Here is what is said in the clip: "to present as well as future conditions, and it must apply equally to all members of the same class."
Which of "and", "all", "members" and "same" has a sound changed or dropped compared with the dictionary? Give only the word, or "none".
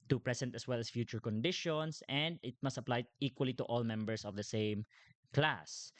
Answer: members